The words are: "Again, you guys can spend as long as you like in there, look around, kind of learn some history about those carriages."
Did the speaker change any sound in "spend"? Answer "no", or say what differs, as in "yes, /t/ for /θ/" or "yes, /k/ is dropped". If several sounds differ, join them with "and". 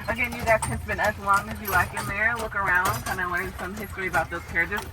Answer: yes, /b/ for /p/